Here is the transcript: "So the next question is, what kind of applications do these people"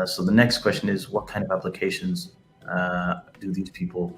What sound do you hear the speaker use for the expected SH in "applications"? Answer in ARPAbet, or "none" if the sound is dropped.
SH